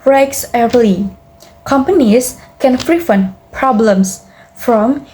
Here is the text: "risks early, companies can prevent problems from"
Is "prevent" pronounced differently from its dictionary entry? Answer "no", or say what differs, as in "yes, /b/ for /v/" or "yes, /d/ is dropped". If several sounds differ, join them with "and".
yes, /f/ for /p/ and /f/ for /v/